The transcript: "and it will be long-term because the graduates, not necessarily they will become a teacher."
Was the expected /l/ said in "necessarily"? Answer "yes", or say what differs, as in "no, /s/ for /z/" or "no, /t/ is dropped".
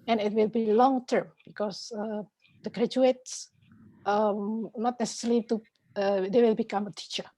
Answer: no, /l/ is dropped